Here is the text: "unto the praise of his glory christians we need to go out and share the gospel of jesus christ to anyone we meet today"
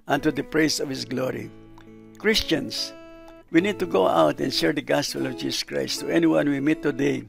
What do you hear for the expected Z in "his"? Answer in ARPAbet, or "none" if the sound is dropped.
S